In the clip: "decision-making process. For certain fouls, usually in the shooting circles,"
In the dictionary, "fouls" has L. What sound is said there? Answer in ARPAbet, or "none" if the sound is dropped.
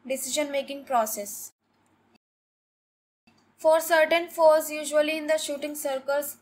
none